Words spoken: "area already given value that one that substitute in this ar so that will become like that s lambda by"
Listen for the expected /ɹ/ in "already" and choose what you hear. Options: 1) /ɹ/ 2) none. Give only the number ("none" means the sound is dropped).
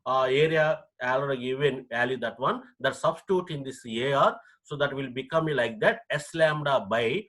2